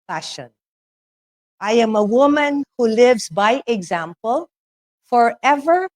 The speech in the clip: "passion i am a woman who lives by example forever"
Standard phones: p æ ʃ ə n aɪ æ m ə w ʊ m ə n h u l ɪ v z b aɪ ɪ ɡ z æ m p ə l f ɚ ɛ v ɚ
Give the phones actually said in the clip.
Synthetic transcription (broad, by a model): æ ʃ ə n aɪ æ m ə w ʊ m ə n h u l ɪ v z b aɪ ɪ ɡ z æ m p ə l f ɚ ɛ v ɚ